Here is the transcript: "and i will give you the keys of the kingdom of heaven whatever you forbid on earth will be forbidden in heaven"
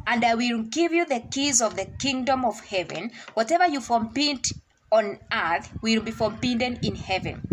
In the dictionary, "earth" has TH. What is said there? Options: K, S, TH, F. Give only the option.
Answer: TH